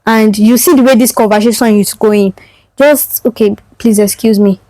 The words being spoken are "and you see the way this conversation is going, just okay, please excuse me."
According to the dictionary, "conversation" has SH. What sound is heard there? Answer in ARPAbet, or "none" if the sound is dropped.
S